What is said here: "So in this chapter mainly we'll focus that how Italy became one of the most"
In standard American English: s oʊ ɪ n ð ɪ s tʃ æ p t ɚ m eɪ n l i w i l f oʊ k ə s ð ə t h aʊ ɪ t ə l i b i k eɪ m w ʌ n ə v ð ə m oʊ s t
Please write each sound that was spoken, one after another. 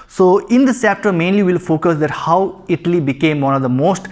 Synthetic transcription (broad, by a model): s oʊ ɪ n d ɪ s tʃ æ p t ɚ m eɪ n l i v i l f oʊ k ə s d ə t h aʊ ɪ t ə l i b i k eɪ m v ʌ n ə v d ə m oʊ s t